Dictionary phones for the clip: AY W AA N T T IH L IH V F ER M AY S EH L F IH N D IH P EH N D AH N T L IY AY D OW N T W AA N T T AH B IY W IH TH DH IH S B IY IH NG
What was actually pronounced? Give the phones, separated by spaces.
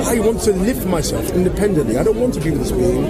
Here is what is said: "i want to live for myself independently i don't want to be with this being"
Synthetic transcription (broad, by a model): AY W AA N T T IH L IH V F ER M AY S EH L F IH N D IH P EH N D AH N T L IY AY D OW N T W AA N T T AH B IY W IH DH IH S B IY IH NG